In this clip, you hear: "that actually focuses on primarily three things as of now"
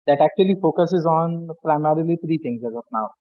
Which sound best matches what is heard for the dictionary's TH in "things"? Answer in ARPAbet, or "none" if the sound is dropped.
T